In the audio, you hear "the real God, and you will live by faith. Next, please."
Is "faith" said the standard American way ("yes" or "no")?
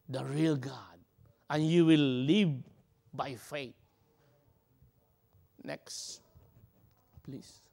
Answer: no